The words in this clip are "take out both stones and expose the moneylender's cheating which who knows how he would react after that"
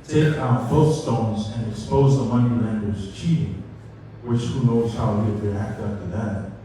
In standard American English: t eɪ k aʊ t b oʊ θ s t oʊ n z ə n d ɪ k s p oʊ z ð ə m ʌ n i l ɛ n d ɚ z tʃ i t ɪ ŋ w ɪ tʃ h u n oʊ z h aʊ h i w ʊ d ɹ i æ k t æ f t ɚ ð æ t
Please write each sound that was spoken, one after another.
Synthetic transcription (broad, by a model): t eɪ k aʊ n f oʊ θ s t oʊ n z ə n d ɪ k s p oʊ z ð ə m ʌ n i ɛ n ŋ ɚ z tʃ i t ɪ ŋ w ɪ tʃ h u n oʊ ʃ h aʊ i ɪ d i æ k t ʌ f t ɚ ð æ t